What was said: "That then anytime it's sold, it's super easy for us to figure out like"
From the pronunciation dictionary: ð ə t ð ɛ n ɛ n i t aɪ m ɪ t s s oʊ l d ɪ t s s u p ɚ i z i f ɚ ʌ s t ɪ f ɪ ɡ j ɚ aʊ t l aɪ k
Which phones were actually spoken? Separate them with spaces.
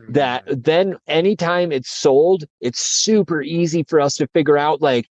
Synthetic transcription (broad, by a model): ð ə t ð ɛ n ɛ n i t aɪ m ɪ t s s oʊ l d ɪ t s s u p ɚ i z i f ɚ ʌ s t ɪ f ɪ ɡ j ɚ aʊ t l aɪ k